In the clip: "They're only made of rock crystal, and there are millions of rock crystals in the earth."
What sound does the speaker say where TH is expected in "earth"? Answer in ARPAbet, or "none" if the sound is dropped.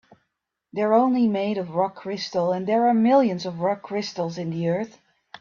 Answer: TH